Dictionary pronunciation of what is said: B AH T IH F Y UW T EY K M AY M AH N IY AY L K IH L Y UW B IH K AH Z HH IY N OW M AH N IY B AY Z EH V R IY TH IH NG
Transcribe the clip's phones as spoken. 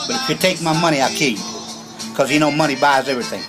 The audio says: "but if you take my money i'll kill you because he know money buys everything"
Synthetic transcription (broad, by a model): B AH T IH F Y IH T EY K M AY M AH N IY AY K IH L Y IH K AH Z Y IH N OW M AH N IY B AY Z EH V R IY TH IH NG